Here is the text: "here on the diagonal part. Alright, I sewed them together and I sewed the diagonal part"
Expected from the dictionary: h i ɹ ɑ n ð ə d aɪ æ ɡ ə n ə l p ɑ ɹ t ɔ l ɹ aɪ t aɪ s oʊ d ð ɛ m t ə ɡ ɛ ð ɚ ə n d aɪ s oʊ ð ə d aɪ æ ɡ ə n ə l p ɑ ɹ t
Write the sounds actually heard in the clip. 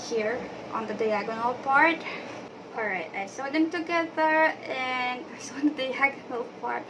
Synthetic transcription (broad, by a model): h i ɹ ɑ n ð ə d aɪ æ ɡ ə n ə l p ɑ ɹ t ɔ l ɹ aɪ t aɪ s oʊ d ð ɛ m t ə ɡ ɛ ð ɚ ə n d aɪ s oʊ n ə d aɪ æ ɡ ə n ə l p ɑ ɹ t